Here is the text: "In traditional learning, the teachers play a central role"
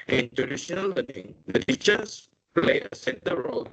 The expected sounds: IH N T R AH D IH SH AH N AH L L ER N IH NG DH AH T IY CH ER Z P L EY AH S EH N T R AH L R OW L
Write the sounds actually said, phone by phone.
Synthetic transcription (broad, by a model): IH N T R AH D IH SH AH N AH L L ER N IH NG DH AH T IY CH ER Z P L EY AH S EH T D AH R OW L